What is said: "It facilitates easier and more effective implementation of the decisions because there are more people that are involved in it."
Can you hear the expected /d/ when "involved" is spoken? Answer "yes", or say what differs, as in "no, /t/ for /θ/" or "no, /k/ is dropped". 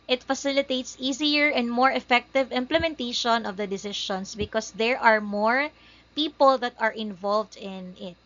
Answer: yes